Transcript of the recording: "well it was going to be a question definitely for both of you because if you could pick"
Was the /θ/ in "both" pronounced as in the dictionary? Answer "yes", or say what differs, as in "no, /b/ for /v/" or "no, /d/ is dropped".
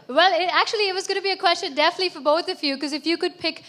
yes